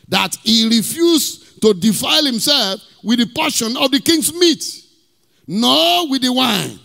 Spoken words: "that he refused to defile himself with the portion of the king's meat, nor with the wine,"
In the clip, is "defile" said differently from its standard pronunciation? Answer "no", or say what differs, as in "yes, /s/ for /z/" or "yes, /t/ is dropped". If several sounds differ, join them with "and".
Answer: no